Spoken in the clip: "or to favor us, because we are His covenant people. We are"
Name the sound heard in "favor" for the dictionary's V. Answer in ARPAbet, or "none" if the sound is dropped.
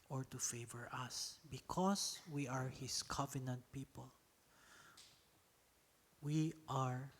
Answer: V